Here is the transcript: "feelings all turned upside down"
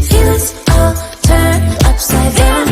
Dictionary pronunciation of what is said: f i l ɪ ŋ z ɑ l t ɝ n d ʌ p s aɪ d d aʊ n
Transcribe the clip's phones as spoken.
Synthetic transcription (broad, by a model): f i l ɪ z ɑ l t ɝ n ʌ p s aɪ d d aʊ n